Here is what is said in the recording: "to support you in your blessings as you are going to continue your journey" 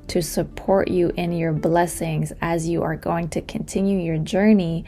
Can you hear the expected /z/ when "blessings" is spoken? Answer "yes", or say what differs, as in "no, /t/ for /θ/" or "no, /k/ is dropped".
yes